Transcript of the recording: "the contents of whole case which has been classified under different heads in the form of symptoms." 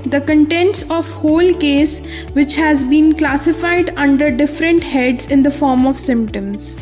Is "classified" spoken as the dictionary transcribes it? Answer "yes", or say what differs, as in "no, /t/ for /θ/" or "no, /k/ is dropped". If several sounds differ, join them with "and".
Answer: yes